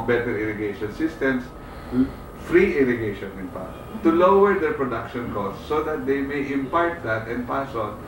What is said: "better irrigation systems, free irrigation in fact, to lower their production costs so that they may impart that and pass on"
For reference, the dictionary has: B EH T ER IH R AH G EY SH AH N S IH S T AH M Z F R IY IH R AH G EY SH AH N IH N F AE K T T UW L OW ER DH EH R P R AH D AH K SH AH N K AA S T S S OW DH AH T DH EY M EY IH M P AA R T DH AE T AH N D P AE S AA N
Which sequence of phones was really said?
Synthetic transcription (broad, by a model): B EH T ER IH R AH G EY SH AH N S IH S T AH M S F R IY IH R AH G EY SH AH N IH N P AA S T T UW L OW ER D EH R P R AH D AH K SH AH N K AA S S S OW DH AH T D EY M EY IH M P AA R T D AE T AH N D P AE S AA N